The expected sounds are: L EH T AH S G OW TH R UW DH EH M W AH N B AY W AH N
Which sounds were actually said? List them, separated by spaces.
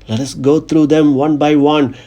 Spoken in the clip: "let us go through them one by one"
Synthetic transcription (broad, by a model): L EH T AH S G OW T R UW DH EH M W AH N B AY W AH N